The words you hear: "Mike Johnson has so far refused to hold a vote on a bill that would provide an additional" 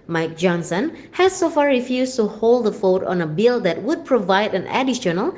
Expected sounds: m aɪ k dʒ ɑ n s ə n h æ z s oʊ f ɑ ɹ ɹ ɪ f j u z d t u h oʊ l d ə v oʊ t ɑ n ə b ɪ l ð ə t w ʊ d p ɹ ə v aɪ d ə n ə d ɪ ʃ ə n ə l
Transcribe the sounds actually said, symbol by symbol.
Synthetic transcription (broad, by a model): m aɪ k dʒ ɑ n s ə n h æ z s oʊ f ɑ ɹ ɹ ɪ f j u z t u h oʊ l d ə f oʊ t ɑ n ə b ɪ l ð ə t w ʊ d p ɹ ə v aɪ d ə n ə d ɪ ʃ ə n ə l